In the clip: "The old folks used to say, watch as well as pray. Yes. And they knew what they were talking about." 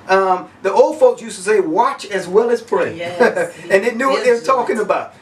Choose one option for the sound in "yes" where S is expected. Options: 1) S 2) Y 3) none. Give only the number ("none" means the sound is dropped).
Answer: 3